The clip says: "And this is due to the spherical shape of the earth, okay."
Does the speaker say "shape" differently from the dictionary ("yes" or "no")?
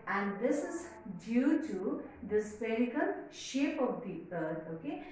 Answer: no